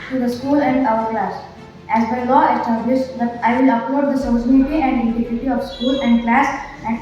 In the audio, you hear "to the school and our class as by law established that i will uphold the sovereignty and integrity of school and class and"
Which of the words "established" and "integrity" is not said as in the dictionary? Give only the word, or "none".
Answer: integrity